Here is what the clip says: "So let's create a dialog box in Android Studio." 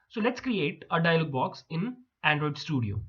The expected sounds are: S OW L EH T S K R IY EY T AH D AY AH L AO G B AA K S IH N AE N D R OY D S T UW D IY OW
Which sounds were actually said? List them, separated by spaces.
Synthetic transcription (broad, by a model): S OW L EH T S K R IY EY T AH D AY AH L AO G B AA K S IH N AE N D R OY D S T UW D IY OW